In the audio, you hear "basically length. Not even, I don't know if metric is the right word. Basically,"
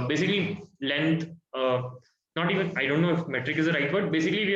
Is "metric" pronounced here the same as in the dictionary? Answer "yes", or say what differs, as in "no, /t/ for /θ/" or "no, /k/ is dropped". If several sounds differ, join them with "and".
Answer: yes